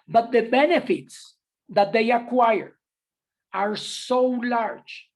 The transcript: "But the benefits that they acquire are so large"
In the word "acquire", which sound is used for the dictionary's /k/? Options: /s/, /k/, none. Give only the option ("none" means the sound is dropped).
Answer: /k/